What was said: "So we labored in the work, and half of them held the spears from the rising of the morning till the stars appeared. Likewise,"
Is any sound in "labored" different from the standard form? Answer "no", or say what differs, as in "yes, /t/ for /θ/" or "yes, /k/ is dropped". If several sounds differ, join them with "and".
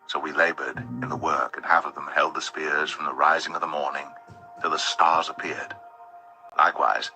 no